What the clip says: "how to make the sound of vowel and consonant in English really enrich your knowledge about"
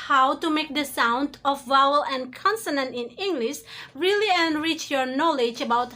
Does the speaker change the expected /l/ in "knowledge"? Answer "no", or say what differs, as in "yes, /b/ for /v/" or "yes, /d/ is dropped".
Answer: no